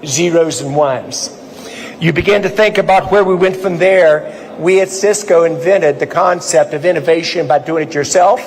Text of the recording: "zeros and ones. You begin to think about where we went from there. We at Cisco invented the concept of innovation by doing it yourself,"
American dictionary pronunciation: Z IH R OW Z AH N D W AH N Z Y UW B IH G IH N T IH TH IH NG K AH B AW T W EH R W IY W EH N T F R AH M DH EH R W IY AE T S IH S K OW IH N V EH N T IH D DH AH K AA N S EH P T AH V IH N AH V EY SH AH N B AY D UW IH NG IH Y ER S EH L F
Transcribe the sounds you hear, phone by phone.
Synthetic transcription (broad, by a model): Z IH R OW Z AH N W AH N Z Y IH B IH G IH N T IH TH IH NG K AH B AW T W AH R W IY W EH N T F R AH M DH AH R W IY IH T S IH S K OW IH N V EH T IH D DH AH K AA N S EH P T AH V IH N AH V EY SH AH N B AY D UW IH NG IH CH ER S EH L F